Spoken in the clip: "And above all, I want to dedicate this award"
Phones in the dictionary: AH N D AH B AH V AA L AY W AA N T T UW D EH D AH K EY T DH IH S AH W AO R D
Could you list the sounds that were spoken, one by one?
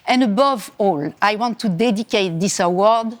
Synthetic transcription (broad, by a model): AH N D AH B AH V AA L AY W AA N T T UW D EH D AH K EY T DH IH S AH W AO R D